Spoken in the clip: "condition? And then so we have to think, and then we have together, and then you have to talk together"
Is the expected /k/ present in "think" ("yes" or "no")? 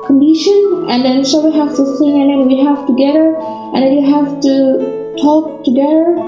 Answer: no